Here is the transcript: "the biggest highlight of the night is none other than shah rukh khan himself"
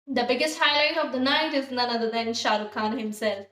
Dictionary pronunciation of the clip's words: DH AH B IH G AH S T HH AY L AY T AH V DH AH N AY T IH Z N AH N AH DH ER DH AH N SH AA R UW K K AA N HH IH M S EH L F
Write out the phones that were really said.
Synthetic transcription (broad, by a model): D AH B IH G AH S T HH AY L AY T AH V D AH N AY T IH Z N AH N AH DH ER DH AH N SH AA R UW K K AA N HH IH M S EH L F